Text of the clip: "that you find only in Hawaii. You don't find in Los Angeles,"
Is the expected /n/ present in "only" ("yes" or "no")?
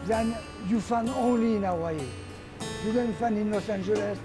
yes